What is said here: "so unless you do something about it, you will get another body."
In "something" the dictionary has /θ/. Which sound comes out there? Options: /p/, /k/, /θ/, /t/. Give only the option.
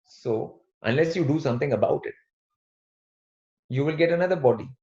/t/